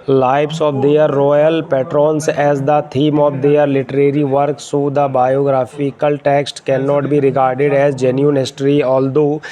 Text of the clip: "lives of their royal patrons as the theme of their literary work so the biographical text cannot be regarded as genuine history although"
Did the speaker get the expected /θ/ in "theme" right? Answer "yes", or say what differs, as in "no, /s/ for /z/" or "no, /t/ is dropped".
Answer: no, /t/ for /θ/